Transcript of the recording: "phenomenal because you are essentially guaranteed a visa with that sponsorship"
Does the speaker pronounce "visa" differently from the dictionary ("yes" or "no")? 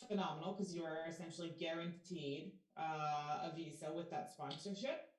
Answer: no